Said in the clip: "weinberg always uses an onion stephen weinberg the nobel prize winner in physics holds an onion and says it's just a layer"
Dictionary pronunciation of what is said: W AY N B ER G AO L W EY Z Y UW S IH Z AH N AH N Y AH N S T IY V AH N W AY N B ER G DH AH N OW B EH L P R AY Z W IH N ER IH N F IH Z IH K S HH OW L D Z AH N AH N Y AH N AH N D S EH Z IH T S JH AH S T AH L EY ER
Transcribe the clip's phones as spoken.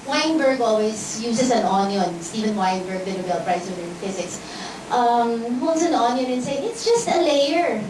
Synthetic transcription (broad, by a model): W AY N B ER G AO L W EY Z Y UW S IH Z AH N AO N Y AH N S T IY V AH N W AY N B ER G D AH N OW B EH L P R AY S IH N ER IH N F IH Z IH K S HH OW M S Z AH N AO N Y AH N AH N S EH IH T S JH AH S T AH L EY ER